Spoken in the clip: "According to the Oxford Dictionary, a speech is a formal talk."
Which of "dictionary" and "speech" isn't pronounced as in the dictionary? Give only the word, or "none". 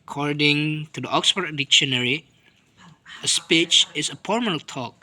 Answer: none